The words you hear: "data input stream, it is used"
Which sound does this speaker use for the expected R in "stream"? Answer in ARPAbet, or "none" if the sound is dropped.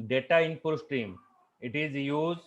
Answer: R